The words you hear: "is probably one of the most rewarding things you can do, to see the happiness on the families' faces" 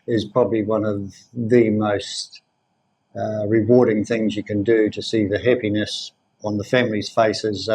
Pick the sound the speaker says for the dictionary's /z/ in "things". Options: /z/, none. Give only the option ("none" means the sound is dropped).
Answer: /z/